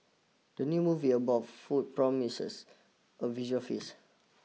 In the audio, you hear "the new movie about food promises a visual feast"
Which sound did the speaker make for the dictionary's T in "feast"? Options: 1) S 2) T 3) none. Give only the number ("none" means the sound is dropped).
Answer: 3